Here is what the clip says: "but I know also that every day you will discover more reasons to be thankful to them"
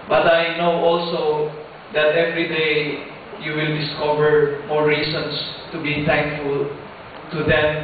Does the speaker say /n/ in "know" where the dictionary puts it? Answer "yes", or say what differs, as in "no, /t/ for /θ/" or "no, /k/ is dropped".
yes